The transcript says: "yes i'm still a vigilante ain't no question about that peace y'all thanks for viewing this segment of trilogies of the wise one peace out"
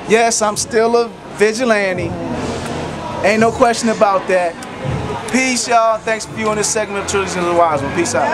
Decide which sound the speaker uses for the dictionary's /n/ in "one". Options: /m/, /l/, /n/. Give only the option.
/l/